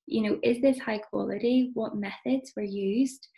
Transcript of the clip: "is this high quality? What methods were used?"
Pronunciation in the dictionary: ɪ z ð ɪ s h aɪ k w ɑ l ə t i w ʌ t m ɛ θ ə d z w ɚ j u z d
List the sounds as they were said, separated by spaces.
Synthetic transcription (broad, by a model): ɪ z ð ɪ s h aɪ k w ɑ l ə t i w ʌ t m ɛ θ ə d z w ɚ j u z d